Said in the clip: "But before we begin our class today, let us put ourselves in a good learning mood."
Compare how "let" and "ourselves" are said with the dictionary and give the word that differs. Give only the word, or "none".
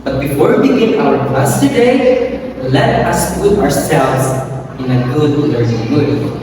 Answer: none